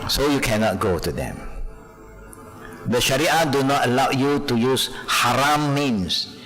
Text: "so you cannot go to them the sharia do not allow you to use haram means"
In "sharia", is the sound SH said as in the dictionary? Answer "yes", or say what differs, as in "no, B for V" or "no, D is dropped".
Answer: yes